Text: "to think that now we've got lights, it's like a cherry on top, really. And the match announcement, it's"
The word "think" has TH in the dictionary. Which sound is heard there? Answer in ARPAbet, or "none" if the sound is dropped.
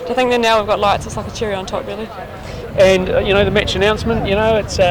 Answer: TH